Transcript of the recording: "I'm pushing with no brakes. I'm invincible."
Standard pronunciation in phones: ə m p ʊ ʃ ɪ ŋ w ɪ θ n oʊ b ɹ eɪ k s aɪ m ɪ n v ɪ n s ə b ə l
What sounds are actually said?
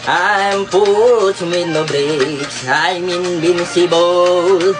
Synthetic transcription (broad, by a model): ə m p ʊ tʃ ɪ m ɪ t n oʊ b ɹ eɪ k aɪ m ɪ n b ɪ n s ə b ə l